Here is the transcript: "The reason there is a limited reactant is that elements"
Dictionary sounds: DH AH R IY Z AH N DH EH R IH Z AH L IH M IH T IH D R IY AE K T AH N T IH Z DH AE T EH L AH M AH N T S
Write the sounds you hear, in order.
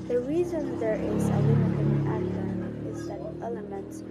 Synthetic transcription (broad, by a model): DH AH R IY Z AH N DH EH R IH Z AH W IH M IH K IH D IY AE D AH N IH Z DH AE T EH L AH M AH N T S